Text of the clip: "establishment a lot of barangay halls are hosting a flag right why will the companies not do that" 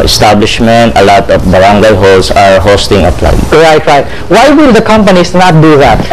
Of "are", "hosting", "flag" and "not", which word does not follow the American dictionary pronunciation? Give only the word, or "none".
flag